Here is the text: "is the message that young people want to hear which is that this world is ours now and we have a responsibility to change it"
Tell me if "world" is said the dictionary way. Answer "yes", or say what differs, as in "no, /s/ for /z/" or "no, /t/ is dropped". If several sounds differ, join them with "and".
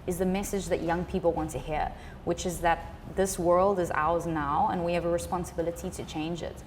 yes